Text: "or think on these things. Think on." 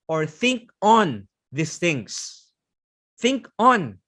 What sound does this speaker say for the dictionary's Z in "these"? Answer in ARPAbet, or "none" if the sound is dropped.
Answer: S